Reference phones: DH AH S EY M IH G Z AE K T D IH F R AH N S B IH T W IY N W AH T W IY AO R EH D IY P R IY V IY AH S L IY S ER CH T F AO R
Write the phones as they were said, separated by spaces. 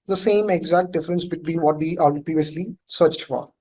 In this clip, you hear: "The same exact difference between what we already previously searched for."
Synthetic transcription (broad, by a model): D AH S EY M IH G Z AE K T D IH F R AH N S B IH T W IY N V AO T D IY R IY P R IY V IY AH S L IY S ER CH T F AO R